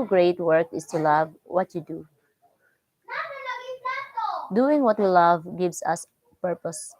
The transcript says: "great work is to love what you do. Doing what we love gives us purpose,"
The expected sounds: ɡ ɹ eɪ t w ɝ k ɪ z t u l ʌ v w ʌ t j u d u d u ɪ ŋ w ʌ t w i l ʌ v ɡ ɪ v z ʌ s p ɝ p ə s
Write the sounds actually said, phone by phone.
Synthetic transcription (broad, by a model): ɡ ɹ eɪ t w ɝ k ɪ s t u l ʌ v w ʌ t j u d u d u ɪ ŋ w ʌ t l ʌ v ɡ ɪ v s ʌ s p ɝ p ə s